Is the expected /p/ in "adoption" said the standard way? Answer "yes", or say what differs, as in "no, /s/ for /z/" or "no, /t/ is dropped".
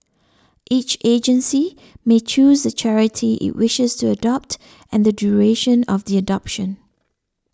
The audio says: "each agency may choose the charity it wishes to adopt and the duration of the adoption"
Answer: yes